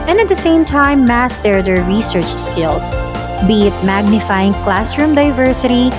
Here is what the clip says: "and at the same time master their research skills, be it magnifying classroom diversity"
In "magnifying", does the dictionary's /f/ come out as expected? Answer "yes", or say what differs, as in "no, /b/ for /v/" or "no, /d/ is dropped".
yes